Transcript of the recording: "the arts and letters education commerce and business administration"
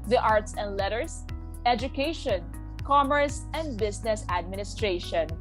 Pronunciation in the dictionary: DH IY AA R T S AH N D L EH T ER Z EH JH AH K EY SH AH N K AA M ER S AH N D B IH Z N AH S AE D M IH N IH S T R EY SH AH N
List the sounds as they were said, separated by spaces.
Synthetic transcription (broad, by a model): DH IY AA R T S AH N D L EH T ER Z EH JH AH K EY SH AH N K AA M ER S AH N D B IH S N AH S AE D M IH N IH S T R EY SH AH N